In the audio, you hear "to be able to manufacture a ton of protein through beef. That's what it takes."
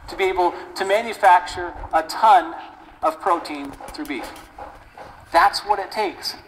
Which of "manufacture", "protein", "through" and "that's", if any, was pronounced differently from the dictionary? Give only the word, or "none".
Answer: none